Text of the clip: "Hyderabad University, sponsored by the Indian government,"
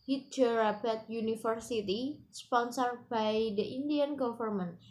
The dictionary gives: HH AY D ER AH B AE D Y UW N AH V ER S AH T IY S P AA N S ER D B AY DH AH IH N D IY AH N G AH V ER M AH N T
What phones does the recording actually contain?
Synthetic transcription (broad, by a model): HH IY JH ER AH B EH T Y UW N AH F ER S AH T IY S P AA N S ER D B AY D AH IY N D IY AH N G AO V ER M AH N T